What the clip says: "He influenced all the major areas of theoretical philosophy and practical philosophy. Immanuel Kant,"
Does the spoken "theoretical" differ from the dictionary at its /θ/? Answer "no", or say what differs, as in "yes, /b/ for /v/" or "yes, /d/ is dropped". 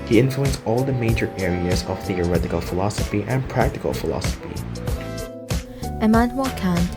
no